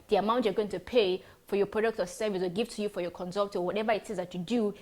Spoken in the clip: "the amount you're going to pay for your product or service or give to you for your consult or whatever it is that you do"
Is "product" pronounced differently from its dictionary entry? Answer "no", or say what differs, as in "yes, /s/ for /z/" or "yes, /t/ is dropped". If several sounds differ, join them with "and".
no